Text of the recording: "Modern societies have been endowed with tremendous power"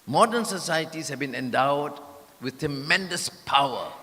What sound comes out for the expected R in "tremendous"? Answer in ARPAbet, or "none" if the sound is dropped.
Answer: R